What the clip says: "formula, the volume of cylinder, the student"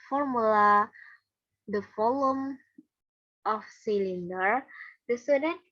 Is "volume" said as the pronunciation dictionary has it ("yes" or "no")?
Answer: no